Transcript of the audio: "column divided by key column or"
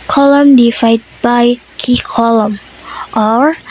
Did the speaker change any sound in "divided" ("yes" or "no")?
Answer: yes